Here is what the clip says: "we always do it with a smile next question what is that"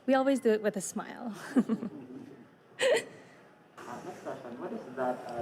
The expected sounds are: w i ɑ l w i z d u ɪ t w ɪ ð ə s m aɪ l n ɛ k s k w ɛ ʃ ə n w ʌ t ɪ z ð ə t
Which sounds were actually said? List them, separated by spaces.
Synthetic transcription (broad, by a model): w i ɑ l w i z d ɪ t w ɪ ð ə s m aɪ l n ɛ k s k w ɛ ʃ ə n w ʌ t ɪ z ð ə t